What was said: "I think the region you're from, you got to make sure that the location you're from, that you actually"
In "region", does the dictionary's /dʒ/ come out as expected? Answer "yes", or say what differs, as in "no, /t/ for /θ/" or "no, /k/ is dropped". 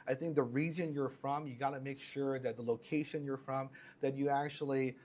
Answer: no, /z/ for /dʒ/